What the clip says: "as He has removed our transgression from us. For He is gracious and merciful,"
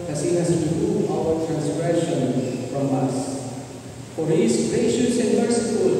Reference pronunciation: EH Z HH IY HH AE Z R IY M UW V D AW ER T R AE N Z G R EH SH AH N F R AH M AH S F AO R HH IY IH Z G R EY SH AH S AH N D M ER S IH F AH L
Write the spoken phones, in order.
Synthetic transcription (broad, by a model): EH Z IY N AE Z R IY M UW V AW ER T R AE N S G R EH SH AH N F R AH M AH S F AO R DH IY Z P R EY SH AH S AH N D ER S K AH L